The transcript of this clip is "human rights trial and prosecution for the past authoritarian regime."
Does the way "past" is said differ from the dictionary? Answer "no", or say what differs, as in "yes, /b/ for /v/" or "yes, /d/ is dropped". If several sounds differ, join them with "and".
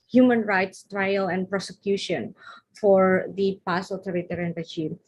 yes, /t/ is dropped